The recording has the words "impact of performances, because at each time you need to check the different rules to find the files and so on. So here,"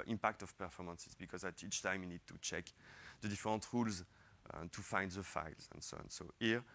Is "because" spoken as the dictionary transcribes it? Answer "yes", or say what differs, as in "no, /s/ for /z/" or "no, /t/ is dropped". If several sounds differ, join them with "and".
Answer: yes